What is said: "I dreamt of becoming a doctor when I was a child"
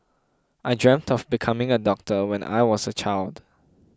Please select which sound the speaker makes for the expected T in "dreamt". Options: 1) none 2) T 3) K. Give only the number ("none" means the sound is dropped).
2